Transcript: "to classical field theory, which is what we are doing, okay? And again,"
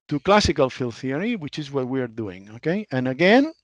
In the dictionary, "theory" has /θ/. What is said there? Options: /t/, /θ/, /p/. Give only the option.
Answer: /θ/